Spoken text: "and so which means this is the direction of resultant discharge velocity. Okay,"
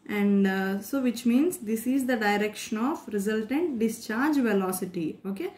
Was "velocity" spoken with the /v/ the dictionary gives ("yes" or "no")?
yes